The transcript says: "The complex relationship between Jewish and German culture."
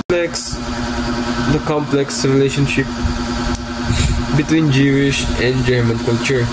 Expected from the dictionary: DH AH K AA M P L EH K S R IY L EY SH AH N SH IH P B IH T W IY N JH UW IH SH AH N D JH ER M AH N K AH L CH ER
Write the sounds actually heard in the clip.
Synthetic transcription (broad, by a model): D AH K AA M P L EH K S R IY L EY SH AH N SH IH P B IH T W IY N JH UW IH SH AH N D JH ER M AH N K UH L CH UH